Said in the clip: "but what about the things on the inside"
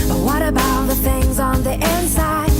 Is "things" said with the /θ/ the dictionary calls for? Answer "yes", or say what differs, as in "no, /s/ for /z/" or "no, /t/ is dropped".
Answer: yes